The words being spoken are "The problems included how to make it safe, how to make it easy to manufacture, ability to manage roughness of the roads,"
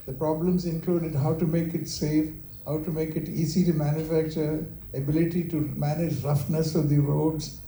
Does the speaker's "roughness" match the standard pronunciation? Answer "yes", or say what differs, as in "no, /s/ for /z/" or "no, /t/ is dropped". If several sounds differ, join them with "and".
yes